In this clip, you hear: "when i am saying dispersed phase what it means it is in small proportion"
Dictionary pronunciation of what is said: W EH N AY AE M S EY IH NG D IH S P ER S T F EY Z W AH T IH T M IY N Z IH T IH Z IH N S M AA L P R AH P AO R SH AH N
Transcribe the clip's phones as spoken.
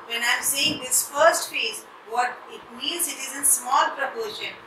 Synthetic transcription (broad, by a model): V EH N AY M S EY IH NG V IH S F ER S T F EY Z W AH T IH T M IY N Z IH T IH Z IH N S M AA L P R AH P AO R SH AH N